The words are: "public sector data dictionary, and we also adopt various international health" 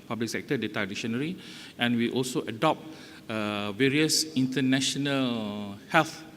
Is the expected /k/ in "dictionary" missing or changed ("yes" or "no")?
yes